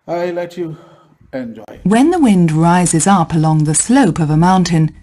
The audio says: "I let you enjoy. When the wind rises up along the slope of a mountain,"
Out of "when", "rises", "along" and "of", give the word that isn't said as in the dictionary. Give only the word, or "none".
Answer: none